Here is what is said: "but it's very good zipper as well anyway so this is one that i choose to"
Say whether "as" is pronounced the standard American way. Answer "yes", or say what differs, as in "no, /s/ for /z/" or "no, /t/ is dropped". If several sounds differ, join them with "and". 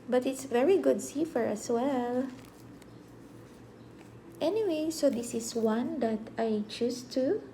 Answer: no, /s/ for /z/